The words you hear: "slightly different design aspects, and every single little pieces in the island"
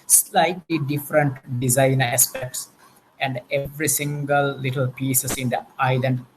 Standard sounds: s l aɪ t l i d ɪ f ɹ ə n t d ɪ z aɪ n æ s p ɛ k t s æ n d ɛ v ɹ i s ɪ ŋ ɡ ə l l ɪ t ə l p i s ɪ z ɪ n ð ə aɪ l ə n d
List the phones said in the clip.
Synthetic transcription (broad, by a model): s l aɪ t l i d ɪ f ɹ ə n t d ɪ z aɪ n æ s p ɛ k t s æ n d ɛ v ɹ i s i ŋ ɡ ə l l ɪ t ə l p i s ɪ s ɪ n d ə aɪ l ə n d